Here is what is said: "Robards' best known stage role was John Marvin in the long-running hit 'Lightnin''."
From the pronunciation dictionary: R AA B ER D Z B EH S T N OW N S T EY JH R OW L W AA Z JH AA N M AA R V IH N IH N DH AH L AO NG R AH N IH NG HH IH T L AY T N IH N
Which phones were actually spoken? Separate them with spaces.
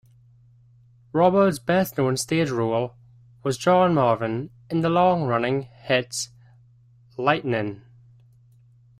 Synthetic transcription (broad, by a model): R AA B ER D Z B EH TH N OW N S T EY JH R OW L W AA Z JH AA N M AA R V IH N IH N DH AH L AO NG R AH N IH NG HH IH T L AY T N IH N